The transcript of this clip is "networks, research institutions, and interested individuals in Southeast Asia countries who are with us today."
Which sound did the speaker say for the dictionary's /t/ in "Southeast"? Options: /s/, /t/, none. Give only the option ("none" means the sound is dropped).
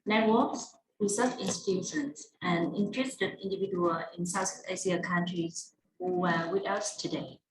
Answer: none